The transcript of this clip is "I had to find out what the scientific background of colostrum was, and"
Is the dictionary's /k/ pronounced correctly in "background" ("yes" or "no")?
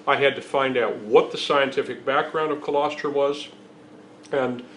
yes